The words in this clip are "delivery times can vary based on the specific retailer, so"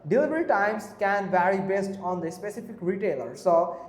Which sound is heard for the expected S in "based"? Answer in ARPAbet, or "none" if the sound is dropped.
S